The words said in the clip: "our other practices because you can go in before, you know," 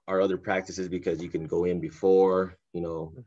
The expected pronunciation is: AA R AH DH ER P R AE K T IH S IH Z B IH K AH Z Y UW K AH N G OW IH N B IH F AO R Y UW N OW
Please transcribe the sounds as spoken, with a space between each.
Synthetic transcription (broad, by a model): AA R AH DH ER P R AE K T IH S IH Z B IH K AH Z Y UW K AH N G OW IH N B IH F AO R Y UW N OW